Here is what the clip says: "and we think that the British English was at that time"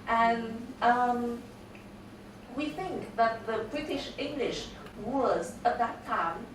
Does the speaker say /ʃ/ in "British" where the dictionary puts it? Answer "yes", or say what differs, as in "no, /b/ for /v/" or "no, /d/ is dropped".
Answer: yes